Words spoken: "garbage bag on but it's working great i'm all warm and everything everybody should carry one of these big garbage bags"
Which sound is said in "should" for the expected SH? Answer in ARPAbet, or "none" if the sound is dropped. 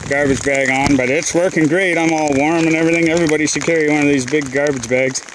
S